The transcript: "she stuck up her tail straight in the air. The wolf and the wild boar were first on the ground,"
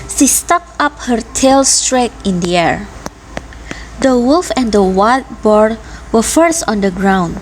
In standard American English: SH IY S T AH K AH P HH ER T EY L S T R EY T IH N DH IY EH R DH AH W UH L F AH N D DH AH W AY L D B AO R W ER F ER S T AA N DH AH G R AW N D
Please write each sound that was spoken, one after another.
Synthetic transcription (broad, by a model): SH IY S T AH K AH P HH ER T EY L S T R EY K IH N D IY EH R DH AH W UH L F AH N D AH W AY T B AO R W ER F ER S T AA N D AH G R AW N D